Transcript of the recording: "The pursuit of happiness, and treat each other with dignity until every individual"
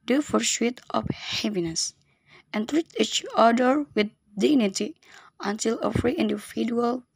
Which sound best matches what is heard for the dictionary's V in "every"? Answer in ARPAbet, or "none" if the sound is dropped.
F